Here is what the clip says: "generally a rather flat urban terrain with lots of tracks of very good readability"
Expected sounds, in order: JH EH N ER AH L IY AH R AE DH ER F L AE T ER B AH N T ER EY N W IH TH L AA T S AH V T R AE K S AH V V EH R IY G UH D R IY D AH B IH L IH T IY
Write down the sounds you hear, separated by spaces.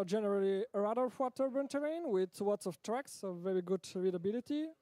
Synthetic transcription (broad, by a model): JH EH N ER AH L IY AH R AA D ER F W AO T ER B AH N T ER EY N W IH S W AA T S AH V T R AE K S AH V V EH R IY G UH D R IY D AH B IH L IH T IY